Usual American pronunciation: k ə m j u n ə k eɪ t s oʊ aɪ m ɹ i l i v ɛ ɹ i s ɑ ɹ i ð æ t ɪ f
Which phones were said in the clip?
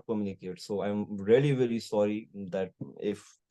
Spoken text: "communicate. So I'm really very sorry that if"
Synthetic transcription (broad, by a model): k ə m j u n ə k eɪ t s oʊ aɪ m ɹ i l i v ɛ l i s ɑ ɹ i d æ t ɪ f